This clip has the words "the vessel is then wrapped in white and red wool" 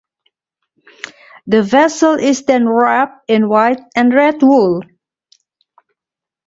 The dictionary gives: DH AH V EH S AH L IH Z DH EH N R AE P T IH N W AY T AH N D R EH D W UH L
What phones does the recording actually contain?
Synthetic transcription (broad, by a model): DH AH V EH S AH L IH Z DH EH N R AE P IH N W AY T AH N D R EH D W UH L